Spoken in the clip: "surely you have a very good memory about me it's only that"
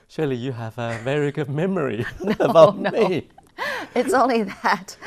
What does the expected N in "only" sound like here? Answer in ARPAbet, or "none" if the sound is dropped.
N